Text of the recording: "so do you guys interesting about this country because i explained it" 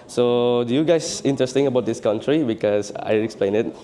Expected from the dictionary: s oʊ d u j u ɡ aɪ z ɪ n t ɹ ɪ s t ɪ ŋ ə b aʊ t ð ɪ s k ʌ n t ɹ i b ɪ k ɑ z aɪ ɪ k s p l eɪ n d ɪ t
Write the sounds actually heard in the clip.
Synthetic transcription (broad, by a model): s oʊ d u j u ɡ aɪ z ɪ n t ɹ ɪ s t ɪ ŋ ə b aʊ t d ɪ s k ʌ n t ɹ i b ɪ k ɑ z aɪ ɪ k s p l eɪ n ɪ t